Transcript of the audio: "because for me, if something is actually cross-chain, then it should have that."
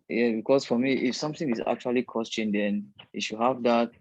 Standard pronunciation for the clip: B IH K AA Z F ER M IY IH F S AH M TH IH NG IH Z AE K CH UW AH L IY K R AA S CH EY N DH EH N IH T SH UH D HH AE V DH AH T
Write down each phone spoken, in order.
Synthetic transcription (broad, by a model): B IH K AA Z F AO M IY IH F S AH M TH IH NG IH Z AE K CH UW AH L IY K AA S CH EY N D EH N IH T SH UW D HH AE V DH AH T